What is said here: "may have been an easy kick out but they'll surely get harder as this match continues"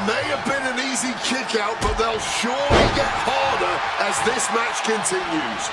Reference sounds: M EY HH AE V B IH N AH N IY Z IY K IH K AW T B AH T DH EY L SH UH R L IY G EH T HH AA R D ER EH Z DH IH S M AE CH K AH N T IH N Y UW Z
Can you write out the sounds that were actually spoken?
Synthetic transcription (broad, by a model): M EY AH V B IH N AH N IY Z IY K IH K AW T B AH T DH EY L SH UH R L IY G EH T HH AA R D ER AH Z DH IH S M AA CH K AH N T IH N Y UW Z